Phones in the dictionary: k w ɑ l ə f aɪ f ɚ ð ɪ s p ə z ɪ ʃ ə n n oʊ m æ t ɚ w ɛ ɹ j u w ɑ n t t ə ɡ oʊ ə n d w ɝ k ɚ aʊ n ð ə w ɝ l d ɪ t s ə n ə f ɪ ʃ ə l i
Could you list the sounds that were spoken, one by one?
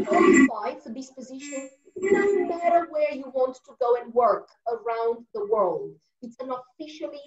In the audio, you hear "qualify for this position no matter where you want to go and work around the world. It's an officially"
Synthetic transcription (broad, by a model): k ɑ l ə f aɪ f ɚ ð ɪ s p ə z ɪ ʃ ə n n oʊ m æ t ɚ w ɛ ɹ j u w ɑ n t t ə ɡ oʊ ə n w ɝ k ɚ aʊ n ð ə w ɝ l d ɪ t s ə n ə f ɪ ʃ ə l i